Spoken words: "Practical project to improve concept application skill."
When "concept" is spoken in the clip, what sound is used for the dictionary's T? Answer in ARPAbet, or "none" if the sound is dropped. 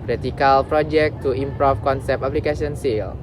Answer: none